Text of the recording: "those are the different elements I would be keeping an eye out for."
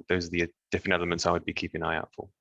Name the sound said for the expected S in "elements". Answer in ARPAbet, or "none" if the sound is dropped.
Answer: S